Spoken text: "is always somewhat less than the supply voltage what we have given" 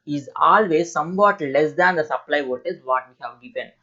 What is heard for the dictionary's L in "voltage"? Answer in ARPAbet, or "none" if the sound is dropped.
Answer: none